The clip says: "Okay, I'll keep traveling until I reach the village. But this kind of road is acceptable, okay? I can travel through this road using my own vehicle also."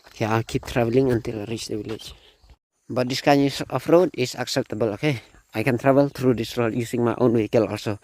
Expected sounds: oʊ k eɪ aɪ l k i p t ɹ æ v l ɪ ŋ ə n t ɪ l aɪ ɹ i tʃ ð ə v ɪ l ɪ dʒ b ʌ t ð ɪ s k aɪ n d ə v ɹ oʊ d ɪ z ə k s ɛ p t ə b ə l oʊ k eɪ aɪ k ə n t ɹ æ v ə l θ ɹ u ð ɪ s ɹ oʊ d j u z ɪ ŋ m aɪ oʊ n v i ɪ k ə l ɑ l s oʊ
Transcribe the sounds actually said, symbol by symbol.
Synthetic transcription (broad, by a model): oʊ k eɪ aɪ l k i p t ɹ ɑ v l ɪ ŋ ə n t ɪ l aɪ ɹ i tʃ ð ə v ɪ l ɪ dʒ b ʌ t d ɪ s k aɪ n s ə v ɹ oʊ d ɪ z ə k s ɛ p t ə b ə l oʊ k eɪ aɪ k ə n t ɹ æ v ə l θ ɹ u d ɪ s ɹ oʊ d j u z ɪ ŋ m aɪ oʊ n w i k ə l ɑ l s oʊ